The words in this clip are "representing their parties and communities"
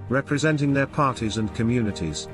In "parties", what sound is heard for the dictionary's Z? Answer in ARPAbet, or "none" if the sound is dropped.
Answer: Z